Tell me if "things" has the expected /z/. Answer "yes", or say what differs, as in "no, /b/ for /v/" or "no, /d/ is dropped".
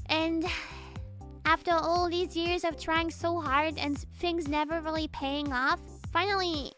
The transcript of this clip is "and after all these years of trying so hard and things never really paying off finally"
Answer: yes